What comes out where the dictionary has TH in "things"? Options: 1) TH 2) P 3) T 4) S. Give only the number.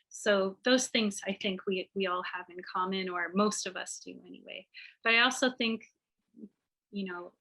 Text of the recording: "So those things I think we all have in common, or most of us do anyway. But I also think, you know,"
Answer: 1